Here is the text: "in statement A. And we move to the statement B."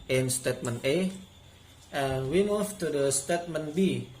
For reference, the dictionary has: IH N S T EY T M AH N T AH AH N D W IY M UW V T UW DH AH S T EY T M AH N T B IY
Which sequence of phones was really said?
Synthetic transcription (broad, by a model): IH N S T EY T M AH N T AH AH N W IY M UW F T UW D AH S T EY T M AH N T B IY